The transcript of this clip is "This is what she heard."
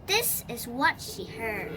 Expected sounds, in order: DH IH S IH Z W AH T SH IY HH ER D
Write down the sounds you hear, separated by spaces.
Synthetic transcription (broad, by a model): DH IH S IH Z W AH T SH IY HH ER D